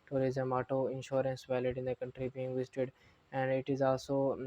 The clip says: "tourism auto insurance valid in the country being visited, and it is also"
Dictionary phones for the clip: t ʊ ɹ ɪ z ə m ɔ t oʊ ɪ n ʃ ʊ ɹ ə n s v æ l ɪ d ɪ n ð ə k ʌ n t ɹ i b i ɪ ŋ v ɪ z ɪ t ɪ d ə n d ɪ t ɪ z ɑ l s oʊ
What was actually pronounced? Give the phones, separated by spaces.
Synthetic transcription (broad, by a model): t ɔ ɹ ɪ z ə m ɔ t oʊ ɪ n ʃ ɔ ɹ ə n s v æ l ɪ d ɪ n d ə k ʌ n t ɹ i b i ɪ ŋ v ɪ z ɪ t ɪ d ə n d ɪ t ɪ z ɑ l s oʊ